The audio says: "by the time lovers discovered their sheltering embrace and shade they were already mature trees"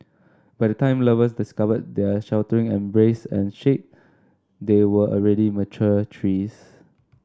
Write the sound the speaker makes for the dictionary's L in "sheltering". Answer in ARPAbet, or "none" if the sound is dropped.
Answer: W